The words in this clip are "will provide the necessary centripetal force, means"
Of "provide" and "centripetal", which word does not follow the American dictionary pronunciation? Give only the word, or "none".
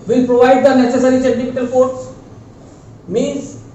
centripetal